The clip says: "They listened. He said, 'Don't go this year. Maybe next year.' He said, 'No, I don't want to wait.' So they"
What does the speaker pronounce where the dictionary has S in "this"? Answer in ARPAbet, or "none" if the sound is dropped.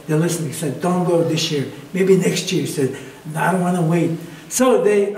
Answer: S